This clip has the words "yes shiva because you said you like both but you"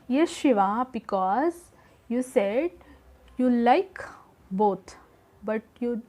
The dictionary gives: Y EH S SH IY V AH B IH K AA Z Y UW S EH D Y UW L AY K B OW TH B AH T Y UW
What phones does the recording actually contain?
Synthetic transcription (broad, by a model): Y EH SH IY V AH B IH K AA Z Y UW S EH D Y UW L AY K B OW T B AH T Y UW